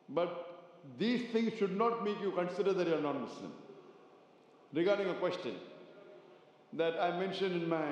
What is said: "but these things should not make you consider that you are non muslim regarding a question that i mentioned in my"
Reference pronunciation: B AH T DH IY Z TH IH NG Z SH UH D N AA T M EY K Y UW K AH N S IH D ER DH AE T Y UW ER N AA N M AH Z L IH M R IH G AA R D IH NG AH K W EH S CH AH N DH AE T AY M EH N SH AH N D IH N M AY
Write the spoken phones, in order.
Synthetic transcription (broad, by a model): B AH T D IY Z T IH NG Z SH UH D N AA T M EY K Y UW K AH N S IH D ER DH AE T Y UW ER N AA N M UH S L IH M R IH G AA R D IH NG AH K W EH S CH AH N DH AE T AY M EH N SH AH N D IH N M AY